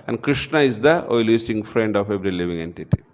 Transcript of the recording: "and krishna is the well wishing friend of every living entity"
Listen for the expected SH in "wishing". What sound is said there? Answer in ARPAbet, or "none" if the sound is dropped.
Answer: S